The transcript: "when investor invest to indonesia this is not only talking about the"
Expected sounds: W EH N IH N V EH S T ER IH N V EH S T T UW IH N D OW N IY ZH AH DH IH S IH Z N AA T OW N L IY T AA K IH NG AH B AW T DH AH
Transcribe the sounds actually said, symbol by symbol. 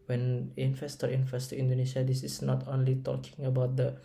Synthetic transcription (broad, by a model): W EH N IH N F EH S T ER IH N F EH S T T UW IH N D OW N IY SH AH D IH S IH S N AA T OW N L IY T AA K IH NG AH B AW T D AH